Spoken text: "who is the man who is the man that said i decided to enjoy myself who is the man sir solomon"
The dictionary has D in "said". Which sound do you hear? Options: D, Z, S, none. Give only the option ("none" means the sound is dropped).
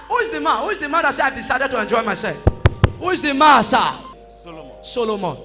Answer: none